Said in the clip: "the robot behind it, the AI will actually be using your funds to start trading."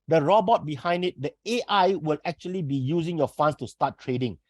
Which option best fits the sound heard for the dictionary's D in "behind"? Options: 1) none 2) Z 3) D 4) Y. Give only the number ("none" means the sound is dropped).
3